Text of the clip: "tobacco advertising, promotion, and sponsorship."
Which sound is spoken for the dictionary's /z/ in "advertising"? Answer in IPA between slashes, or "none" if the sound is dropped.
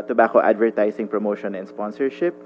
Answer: /s/